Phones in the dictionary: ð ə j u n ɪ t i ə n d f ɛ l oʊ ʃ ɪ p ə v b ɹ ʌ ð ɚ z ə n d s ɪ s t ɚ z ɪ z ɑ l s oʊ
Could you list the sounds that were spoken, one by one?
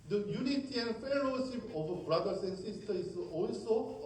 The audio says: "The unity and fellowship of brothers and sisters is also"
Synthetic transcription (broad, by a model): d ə j u n ɪ t i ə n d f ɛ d oʊ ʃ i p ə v b ɹ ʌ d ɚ s ə n d s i s t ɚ ɪ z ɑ l s oʊ